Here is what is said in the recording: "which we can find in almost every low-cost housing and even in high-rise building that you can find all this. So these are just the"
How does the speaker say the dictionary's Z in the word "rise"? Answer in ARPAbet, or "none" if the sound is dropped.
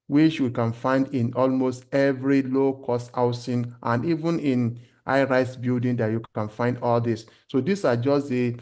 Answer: S